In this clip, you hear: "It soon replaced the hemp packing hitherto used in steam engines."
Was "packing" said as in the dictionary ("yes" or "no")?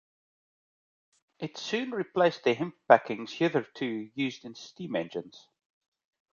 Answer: no